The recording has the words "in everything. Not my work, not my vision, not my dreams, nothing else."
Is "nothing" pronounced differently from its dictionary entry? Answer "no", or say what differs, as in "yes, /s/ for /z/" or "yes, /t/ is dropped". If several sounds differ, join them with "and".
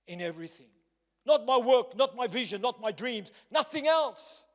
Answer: no